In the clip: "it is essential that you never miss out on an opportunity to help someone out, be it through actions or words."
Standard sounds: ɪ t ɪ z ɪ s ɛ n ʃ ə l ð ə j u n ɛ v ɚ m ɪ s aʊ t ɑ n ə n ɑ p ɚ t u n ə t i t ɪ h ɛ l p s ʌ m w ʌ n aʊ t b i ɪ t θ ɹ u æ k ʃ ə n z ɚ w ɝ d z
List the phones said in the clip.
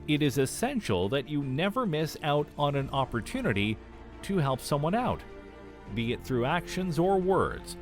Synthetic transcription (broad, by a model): ɪ t ɪ z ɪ s ɛ n ʃ l ð ə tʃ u n ɛ v ɚ m ɪ s aʊ t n ə n ɑ p ɚ t u n ə t i t ɪ h ɛ l p s ʌ m w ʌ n aʊ t b i ɪ t θ ɹ u æ k ʃ ə n z ɚ w ɝ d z